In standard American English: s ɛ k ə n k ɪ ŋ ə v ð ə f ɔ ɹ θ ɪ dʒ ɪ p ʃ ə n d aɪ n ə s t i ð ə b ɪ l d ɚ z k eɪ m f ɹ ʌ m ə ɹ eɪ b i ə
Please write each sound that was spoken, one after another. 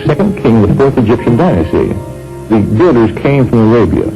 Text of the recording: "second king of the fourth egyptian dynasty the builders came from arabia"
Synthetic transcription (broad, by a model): s ɛ k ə n k ɪ ŋ ə v ð ə f ɔ ɹ θ ɪ dʒ ɪ p ʃ ə n d aɪ n ə s t i ð ə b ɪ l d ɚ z k eɪ m f ɹ ʌ m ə ɹ eɪ b i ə